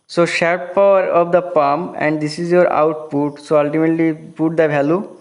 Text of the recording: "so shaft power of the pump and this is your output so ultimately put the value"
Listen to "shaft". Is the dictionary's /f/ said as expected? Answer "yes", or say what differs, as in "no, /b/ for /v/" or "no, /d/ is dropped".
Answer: no, /f/ is dropped